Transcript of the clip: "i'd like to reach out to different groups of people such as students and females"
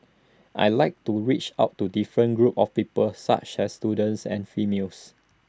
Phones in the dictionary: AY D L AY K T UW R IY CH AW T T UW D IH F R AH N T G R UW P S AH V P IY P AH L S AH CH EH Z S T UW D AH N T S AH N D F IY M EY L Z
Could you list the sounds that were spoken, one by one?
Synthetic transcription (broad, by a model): AY L AY K T UW R IY CH AW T T UW D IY F R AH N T G R UW P AH F P IY P AH L S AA CH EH S T UW D AH N T S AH N F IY M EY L S